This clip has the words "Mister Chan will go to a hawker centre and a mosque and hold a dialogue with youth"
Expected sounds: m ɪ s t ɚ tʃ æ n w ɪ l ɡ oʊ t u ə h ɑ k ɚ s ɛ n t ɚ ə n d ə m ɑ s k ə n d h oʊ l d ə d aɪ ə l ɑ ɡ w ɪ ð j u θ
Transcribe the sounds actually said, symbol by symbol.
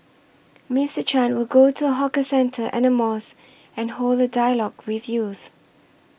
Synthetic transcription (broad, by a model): m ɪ s t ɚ tʃ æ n w ɪ l ɡ oʊ t u ə h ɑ k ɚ s ɛ n t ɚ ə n ə m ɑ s ə n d h oʊ l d ə d aɪ ə l ɑ ɡ w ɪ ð j u θ